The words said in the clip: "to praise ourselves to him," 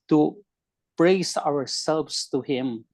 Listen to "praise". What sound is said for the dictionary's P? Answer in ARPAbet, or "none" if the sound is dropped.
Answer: B